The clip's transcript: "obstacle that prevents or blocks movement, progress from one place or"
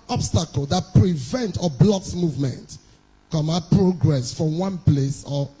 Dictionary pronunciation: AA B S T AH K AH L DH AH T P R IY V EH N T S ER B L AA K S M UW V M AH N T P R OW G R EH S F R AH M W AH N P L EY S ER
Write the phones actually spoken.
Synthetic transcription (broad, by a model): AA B S T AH K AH L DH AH T P R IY V EH N T AO B L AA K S M UW V M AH N T P R OW G R EH S F R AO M W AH N P L EY S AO